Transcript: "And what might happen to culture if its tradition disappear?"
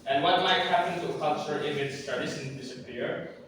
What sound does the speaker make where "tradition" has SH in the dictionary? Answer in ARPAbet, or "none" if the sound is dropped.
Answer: S